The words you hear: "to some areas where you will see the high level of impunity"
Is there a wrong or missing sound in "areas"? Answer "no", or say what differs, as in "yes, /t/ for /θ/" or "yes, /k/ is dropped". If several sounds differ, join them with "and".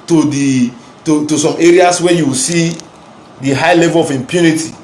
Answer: yes, /s/ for /z/